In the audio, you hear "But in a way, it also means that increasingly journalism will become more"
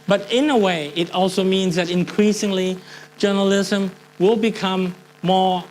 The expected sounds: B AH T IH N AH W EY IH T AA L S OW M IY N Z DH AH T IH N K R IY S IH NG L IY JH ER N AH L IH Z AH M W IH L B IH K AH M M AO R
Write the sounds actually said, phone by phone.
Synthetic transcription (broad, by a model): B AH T IH N AH W EY IH T AA L S OW M IY N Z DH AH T IH N K R IY S IH NG L IY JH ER N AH L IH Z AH M W IH L B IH K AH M M AO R